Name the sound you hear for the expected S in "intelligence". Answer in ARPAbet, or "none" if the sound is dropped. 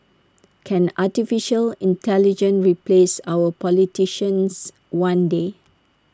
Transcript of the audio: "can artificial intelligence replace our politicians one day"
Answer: none